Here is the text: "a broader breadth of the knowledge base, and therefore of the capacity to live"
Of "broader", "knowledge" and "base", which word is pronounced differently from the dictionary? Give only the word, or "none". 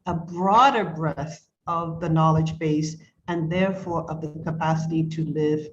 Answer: none